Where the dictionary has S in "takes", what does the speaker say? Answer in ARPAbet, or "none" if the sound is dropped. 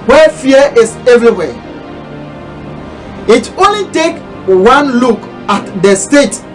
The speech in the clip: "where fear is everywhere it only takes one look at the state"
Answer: none